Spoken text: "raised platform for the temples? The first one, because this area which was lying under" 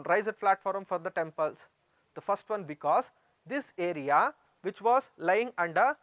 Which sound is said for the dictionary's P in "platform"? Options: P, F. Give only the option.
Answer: F